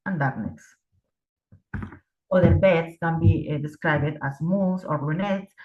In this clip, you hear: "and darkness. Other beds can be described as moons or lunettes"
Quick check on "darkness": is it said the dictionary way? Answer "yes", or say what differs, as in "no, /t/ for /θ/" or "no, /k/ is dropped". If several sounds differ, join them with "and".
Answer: no, /k/ is dropped